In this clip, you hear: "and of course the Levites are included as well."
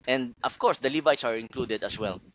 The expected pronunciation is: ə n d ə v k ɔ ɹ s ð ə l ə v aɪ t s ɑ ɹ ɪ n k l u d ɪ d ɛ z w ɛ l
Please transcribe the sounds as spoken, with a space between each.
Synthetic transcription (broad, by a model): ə n d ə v k ɔ ɹ s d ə l ə v aɪ t s ɑ ɹ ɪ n k l u d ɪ d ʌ s w ɛ l